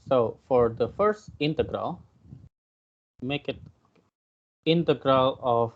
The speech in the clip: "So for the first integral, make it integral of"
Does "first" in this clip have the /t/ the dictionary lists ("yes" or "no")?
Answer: yes